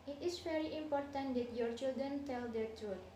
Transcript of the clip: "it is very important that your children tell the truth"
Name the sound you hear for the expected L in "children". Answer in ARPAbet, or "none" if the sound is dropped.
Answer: L